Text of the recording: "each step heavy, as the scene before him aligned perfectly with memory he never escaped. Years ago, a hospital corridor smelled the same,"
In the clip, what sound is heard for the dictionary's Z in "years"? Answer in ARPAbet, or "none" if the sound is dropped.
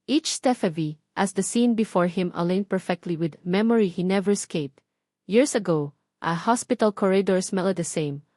S